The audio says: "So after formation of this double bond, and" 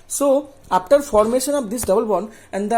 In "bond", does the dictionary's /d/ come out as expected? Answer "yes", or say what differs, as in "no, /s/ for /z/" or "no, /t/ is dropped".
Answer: no, /d/ is dropped